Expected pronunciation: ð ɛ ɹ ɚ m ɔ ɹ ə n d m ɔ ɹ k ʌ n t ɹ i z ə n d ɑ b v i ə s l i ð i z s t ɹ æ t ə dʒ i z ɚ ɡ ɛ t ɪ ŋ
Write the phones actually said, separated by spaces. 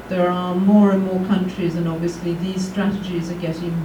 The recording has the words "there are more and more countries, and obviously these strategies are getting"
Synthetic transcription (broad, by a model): ð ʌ ɹ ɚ m ɔ ɹ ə n m ɔ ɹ k ʌ n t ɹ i z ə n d ɑ b v i ə s l i ð i z s t ɹ æ t ə dʒ i z ɚ ɡ ɛ t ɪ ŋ